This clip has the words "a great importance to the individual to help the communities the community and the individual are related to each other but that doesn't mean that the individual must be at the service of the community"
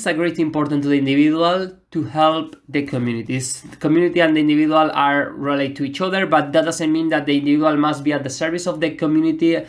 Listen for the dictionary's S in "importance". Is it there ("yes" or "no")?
no